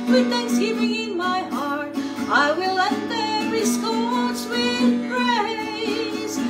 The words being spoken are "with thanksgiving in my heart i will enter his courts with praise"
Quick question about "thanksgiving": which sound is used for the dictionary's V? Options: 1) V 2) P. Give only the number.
2